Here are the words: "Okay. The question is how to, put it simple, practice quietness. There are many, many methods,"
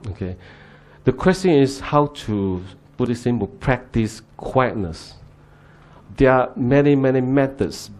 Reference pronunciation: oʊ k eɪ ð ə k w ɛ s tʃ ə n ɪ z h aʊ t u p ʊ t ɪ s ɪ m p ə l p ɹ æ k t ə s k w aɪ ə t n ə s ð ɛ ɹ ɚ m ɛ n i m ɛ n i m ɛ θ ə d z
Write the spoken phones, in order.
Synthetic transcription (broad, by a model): oʊ k eɪ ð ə k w ɛ s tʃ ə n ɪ s h aʊ t u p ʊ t ɪ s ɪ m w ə p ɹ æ k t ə s k w aɪ ə t n ə s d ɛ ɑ m ɛ n i m ɛ n i m ɛ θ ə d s